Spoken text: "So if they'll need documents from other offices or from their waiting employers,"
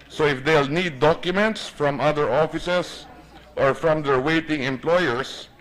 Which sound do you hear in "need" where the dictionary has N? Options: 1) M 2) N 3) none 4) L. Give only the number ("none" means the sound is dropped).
2